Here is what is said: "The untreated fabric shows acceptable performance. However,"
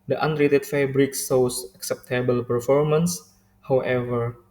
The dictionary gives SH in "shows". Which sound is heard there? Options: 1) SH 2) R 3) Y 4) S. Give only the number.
4